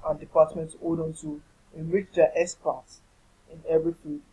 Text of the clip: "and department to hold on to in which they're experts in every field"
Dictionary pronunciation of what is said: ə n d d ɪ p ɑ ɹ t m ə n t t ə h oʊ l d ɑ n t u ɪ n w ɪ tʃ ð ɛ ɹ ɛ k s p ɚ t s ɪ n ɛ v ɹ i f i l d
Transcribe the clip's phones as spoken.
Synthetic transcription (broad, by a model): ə n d d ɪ p ɑ t m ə n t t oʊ d ɑ n t u ɪ n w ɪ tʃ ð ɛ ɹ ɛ s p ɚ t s ɪ n ɛ v ɹ i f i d